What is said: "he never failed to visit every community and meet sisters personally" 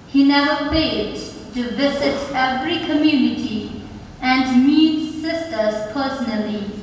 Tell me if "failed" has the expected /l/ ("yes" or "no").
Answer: no